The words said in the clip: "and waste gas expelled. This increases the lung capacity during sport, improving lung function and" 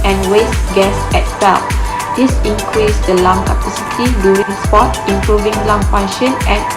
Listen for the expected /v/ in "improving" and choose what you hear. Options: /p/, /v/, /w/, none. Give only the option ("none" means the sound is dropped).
/v/